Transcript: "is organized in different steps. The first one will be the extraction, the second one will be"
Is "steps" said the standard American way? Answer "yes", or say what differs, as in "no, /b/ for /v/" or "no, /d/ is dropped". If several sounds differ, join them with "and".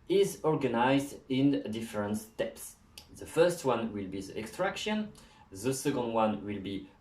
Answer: yes